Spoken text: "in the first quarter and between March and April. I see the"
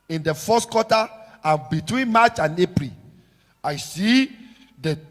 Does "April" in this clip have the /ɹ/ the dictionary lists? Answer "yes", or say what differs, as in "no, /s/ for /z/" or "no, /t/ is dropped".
yes